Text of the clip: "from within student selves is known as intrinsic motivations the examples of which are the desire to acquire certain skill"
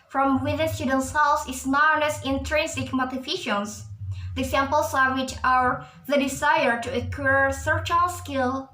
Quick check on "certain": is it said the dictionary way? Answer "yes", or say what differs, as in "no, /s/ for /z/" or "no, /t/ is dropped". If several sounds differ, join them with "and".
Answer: no, /l/ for /n/